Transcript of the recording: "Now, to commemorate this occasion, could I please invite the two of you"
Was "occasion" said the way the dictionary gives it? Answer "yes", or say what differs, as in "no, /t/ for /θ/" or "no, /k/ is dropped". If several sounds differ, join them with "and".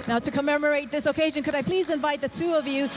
yes